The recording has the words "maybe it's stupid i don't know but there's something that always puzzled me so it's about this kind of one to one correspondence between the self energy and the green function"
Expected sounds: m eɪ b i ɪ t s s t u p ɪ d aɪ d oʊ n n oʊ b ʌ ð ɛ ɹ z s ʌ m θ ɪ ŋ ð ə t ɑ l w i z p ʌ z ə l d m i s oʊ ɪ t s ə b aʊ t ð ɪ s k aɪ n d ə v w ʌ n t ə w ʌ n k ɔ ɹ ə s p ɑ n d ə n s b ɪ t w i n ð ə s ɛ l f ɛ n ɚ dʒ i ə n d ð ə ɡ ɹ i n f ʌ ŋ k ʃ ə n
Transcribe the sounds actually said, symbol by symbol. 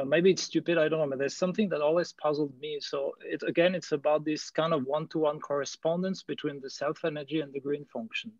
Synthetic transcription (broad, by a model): m eɪ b i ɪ t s s t u p ɪ d aɪ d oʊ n n oʊ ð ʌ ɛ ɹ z s ʌ m θ ɪ ŋ ð ə t ɑ l w i z p ʌ z l d m i s oʊ ɪ t s ə b aʊ t ð ɪ s k aɪ n d ə v w ʌ n t ə w ʌ n k ɔ ɹ ə s p ɑ n d ə n s b ɪ t w i n ð ə s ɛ l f ɛ n ɚ dʒ i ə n ð ə ɡ ɹ i n f ʌ ŋ k ʃ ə n